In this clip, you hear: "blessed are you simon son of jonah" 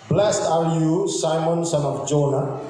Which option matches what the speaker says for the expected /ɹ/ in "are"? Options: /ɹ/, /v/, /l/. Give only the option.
/l/